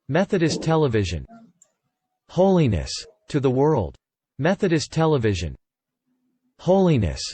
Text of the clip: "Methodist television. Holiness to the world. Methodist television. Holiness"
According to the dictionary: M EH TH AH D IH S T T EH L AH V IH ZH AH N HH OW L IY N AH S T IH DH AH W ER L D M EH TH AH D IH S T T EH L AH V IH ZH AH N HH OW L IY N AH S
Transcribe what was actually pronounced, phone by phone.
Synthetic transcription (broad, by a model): M EH TH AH D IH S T T EH L AH V IH ZH AH N HH OW L IY N AH S T IH DH AH W ER L D M EH TH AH D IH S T T EH L AH V IH ZH AH N HH OW L IY N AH S